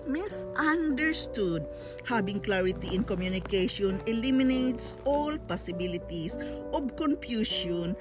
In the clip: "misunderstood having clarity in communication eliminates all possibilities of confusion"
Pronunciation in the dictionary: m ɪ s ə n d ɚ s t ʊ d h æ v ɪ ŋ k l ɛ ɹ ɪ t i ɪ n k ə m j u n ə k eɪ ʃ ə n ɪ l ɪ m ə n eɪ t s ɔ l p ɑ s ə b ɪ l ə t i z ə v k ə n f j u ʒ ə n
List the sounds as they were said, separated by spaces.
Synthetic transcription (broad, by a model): m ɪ s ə n d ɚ s t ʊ d h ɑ b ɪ ŋ k l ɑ ɹ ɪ t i ɪ n k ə m j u n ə k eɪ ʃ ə n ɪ l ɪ m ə n eɪ t s ɔ l p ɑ s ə b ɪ l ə t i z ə b k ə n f j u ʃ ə n